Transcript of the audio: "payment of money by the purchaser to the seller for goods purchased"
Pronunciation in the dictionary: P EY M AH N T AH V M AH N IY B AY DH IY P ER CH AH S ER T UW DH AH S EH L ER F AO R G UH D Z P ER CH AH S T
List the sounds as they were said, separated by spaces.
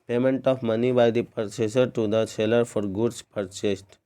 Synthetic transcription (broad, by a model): P EY M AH N T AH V M AH N IY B AY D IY P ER S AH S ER T UW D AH S EH L ER F AO R G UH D S P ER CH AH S T